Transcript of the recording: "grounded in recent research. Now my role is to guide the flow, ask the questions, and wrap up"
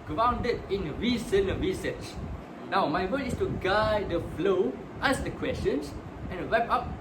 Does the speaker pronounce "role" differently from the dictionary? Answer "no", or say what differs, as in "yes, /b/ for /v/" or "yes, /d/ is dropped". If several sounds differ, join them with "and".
yes, /w/ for /ɹ/